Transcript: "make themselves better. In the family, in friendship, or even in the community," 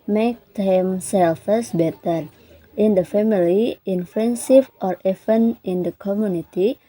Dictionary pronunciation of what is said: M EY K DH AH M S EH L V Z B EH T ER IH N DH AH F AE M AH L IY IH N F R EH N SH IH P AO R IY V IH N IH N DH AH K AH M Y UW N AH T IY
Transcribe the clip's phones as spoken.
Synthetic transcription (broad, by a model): M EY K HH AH M S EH L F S B EH T ER IH N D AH F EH M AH L IY IH N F EH N S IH F AO R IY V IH N IH N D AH K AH M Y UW N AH T IY